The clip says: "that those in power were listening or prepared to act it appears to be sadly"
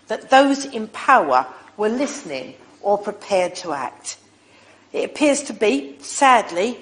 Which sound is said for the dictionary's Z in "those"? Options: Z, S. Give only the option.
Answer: Z